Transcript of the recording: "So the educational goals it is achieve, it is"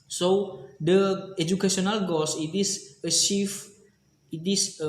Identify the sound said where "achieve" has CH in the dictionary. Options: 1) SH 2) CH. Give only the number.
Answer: 1